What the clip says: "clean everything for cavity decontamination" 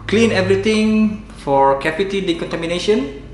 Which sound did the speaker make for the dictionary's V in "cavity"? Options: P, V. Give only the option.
P